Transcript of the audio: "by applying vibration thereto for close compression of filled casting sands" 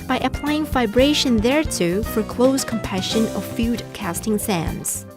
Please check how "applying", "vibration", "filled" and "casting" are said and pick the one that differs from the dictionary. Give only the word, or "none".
filled